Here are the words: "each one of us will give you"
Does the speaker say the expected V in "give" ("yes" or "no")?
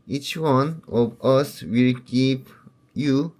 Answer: no